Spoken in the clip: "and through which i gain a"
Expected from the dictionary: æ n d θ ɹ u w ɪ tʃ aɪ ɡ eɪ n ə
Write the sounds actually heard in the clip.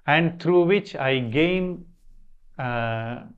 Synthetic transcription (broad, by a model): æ n d t ɹ u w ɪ tʃ aɪ ɡ eɪ n